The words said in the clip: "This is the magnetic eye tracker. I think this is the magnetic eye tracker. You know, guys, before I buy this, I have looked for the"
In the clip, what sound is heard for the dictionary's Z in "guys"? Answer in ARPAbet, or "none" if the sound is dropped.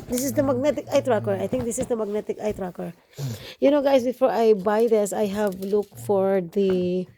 S